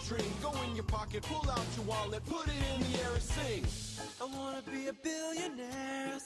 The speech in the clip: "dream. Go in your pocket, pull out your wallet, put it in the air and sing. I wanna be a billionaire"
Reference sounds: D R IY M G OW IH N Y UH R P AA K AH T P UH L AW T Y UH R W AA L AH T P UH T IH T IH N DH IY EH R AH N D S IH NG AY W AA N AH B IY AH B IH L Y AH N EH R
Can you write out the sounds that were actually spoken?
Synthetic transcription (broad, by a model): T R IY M G OW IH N Y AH R P AA K AH T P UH L AW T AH W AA L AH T P UH T IH T IH N DH IY EH R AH S IH NG AY W AA N AH B IY AH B IH L Y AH N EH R